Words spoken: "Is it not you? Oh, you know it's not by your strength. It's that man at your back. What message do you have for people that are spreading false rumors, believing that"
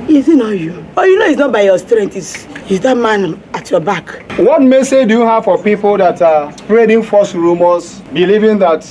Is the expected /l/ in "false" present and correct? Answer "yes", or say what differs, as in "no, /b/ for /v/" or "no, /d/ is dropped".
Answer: no, /l/ is dropped